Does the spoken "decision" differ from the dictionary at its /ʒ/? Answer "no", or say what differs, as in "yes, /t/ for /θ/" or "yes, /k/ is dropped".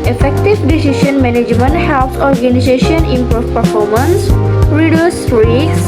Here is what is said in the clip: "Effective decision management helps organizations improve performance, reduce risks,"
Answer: yes, /ʃ/ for /ʒ/